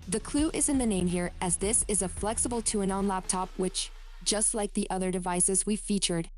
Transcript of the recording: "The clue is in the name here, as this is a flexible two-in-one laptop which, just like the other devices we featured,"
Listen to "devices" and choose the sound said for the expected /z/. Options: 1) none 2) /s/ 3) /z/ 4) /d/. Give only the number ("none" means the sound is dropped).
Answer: 3